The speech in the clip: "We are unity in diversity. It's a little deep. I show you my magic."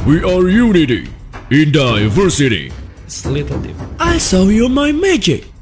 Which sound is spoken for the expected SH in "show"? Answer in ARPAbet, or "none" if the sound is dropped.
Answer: S